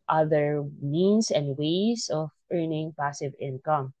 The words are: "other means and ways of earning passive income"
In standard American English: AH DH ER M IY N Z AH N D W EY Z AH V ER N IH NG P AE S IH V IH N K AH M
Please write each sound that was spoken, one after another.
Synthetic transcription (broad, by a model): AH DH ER M IY N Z AH N D W EY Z AH V ER N IH NG P AE S IH V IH N K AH M